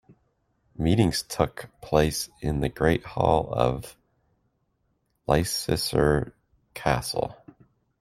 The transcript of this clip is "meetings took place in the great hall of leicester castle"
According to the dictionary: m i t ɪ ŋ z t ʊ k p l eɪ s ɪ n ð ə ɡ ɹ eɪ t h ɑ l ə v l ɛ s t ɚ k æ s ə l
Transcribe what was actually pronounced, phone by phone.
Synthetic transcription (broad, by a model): m i t ɪ ŋ z t ʊ k p l eɪ s ɪ n ð ə ɡ ɹ eɪ t h ɑ l ə v l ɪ s s ɚ k æ s l